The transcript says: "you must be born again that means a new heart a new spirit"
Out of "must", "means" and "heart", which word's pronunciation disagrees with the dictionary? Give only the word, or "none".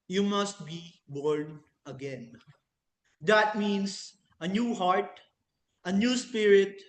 means